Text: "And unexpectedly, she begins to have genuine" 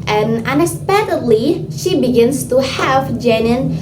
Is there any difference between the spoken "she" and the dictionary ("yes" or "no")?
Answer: no